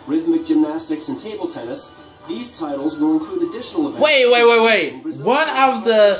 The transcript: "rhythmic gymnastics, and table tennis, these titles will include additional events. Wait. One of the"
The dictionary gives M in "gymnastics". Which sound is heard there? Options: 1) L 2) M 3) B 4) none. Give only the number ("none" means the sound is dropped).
2